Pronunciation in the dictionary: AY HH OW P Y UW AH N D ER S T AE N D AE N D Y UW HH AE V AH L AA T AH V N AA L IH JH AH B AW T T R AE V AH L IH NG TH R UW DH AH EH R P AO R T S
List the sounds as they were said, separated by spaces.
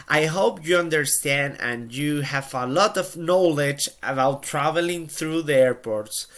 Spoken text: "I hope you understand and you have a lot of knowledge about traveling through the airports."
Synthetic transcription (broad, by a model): AY HH OW P Y UW AH N D ER S T AE N D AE N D Y UW HH AE V AH L AA T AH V N AA L IH JH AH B AW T T R AE V AH L IH NG TH R UW DH AH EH R P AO R T S